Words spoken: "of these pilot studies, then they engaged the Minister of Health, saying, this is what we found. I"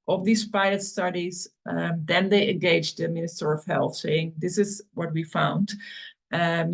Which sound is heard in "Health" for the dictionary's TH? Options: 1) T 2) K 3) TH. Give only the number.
3